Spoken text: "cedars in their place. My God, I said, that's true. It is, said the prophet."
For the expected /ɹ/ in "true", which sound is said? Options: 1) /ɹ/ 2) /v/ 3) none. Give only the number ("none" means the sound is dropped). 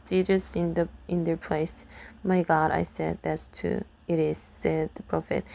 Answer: 3